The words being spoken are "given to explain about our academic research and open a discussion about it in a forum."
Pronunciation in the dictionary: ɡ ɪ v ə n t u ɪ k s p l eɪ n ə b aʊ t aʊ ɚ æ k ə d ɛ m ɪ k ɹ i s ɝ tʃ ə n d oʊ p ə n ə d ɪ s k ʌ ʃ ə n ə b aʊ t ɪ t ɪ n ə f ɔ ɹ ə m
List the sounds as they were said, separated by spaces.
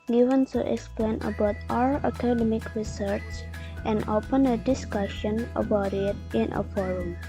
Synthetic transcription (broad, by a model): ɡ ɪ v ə n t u ɪ k s p l eɪ n ə b aʊ t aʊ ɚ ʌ k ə d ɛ m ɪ k ɹ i s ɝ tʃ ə n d oʊ p ə n ə d ɪ s k ʌ ʃ ə n ə b aʊ t ɪ t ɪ n ə f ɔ ɹ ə m